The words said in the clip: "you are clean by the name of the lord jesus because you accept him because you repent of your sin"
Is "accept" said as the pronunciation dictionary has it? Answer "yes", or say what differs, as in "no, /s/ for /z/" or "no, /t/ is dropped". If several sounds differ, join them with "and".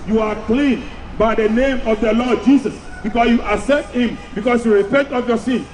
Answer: no, /k/ is dropped